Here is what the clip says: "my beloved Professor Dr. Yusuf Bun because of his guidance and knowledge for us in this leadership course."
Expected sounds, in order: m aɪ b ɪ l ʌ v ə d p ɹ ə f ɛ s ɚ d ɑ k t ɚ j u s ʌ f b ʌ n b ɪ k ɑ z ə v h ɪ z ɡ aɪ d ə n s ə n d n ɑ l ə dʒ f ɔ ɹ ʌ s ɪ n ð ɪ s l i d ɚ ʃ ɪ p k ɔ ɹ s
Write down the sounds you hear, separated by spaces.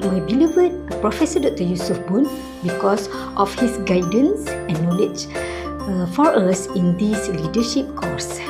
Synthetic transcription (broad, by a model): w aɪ b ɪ l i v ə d p ɹ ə f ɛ s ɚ d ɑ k t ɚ j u s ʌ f b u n b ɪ k ɑ s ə f h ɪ s ɡ aɪ d ə n s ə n n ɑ l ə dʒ f ɔ ɹ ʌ s ɪ n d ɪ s l i d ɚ ʃ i p k ɔ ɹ s